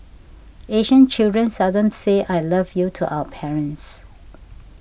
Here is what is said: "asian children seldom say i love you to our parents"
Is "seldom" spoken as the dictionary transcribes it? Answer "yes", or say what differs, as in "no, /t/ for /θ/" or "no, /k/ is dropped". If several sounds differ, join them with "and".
no, /l/ is dropped